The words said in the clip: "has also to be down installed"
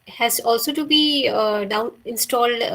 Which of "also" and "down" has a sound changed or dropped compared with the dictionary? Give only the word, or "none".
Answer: none